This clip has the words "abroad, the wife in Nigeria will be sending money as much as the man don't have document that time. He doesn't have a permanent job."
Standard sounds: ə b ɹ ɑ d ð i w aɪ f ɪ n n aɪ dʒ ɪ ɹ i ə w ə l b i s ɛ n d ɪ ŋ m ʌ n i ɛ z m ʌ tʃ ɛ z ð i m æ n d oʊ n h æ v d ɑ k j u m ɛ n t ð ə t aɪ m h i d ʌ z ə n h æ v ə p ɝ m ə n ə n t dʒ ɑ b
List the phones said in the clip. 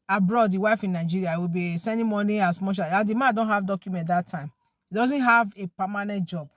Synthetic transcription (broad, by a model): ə b ɹ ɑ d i w aɪ f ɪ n n aɪ dʒ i ɹ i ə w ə b i s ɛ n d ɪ m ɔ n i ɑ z m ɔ ʃ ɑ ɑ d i m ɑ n d oʊ n h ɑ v d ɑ k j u m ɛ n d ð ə t aɪ m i d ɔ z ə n h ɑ v ə p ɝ m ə n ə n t dʒ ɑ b